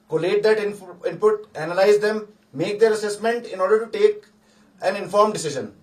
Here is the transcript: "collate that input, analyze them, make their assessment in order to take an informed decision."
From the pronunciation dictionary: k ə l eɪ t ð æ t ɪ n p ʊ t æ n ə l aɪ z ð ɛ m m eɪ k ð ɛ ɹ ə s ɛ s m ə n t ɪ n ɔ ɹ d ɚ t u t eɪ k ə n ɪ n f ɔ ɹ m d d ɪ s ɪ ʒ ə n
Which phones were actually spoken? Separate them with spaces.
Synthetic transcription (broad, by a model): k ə l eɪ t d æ t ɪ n p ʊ t æ n ə l aɪ z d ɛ m m eɪ k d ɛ ɹ ə s ɛ s m ə n t ɪ n ɔ ɹ d ɚ t u t eɪ k ə n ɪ n f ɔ ɹ m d d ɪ s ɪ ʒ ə n